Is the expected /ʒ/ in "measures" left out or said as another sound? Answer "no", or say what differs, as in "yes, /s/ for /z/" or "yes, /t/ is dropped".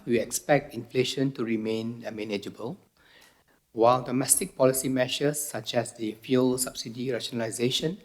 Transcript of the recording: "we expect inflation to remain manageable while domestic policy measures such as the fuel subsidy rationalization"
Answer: yes, /ʃ/ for /ʒ/